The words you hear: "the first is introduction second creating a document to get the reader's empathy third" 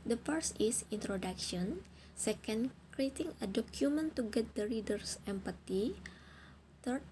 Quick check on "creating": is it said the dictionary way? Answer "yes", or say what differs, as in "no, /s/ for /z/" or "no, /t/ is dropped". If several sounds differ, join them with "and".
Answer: yes